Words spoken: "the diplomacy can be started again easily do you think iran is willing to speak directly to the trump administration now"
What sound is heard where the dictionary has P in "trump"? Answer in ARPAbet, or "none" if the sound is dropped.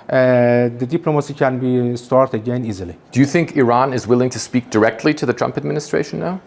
P